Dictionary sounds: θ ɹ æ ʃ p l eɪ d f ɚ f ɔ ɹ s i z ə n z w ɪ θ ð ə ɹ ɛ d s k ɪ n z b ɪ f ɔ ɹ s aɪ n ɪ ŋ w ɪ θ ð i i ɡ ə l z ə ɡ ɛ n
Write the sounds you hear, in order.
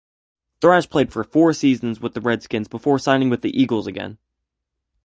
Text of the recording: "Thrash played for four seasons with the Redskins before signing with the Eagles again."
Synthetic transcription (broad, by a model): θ ɹ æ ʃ p l eɪ d f ɚ f ɔ ɹ s i z ə n z w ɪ ð ə ɹ ɛ d s k ɪ n z b ɪ f ɔ ɹ s aɪ n ɪ ŋ w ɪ ð i i ɡ l z ə ɡ ɛ n